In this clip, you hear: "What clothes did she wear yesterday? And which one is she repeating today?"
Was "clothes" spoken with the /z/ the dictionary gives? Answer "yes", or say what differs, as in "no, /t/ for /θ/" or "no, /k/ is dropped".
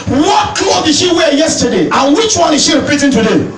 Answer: no, /z/ is dropped